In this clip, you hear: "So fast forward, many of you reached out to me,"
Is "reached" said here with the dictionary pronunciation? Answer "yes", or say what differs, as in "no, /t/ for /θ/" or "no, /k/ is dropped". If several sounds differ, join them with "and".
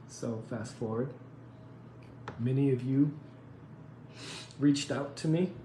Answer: yes